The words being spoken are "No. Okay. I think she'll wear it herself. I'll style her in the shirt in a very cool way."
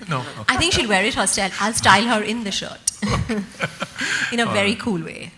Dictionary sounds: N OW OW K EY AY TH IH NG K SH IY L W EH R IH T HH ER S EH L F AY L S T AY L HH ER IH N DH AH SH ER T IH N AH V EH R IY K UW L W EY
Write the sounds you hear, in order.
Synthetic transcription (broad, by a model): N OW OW AY T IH NG K SH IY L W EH R IH T HH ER S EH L AY L S T AY L HH ER IH N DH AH SH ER T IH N AH V EH R IY K UW L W EY